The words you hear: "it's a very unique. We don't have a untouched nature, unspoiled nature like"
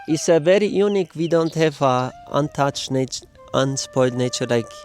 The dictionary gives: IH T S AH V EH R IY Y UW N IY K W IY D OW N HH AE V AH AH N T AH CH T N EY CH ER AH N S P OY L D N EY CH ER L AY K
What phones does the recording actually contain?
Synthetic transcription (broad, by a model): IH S AH V EH R IY Y UW N IY K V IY D OW N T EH F AH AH N T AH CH N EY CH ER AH N S P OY D N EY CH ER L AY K